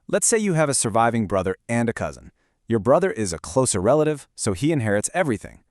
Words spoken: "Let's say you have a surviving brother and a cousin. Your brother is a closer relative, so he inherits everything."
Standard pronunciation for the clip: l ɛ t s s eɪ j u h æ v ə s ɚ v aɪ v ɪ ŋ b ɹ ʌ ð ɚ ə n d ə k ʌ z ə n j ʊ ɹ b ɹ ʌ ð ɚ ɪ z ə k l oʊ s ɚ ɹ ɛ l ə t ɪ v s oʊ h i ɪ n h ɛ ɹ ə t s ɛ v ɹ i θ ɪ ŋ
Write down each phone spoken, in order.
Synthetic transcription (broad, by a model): l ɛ t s s eɪ j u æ v ə s ɚ v aɪ v ɪ ŋ b ɹ ʌ ð ɚ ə n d ə k ʌ z ə n j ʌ ɹ b ɹ ʌ ð ɚ ɪ z ə k l oʊ s ɚ ɹ ɛ l ə t ɪ v s oʊ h i ɪ n h ɛ ɹ ə t s ɛ v ɹ i θ ɪ ŋ